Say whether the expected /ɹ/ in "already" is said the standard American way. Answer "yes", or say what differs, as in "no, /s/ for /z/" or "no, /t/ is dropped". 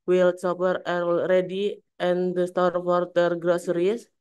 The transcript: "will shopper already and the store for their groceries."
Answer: yes